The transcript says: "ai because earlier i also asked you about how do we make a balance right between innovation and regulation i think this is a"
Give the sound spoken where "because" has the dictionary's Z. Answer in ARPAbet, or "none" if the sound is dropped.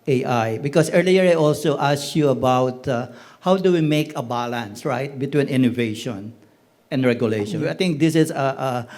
S